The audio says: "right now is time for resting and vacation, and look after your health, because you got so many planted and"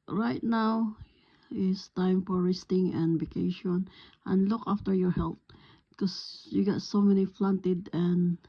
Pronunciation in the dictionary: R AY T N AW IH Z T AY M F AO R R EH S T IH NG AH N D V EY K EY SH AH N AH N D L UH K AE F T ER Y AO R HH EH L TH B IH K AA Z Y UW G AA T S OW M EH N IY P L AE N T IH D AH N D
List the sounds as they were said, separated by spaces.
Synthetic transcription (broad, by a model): R AY T N AW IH S T AY M F AO R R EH S T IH NG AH N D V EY K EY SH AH N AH N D L UH K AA F T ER Y AO R HH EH L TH K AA S Y UW G AA T S OW M EH N IY F L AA N T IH D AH N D